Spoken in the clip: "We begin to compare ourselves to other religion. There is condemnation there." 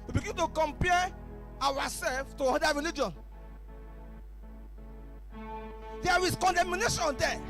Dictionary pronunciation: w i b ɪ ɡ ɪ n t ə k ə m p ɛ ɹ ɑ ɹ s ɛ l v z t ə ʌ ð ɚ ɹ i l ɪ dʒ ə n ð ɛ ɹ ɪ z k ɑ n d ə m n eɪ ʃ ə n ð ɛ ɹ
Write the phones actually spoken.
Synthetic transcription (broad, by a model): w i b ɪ ɡ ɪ n t ə k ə m p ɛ w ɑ s ɛ l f t ə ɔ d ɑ ɹ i l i dʒ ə n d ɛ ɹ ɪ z k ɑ n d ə m n eɪ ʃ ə n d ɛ